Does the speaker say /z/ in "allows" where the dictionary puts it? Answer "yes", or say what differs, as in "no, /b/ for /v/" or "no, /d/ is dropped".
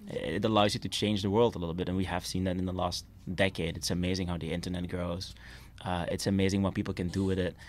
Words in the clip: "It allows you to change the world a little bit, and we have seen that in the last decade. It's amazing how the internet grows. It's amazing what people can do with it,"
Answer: yes